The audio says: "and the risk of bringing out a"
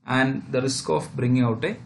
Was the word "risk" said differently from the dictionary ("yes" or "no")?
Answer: no